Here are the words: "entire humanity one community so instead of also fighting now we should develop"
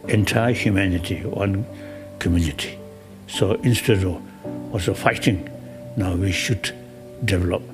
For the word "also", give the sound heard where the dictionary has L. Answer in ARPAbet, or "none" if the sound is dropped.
none